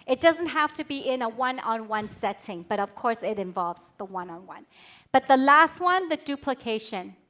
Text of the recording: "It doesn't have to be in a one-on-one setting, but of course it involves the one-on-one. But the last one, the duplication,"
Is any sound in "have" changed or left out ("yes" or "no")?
yes